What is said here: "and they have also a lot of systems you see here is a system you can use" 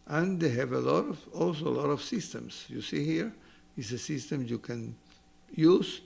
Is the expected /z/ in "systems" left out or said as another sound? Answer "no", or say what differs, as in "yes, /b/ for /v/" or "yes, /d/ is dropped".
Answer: yes, /s/ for /z/